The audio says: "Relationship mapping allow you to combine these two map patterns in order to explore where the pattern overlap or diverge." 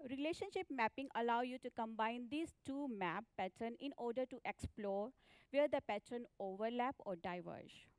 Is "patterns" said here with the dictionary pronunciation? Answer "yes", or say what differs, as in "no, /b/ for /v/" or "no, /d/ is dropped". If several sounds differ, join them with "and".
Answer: no, /z/ is dropped